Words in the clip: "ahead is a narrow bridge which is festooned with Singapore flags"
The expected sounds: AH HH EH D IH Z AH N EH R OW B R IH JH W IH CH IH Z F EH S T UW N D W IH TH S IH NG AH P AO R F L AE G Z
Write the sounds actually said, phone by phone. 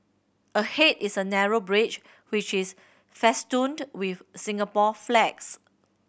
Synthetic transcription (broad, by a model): AH HH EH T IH S AH N EH R OW B R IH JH W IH CH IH S F EH S T UW N D W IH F S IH NG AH P AO F L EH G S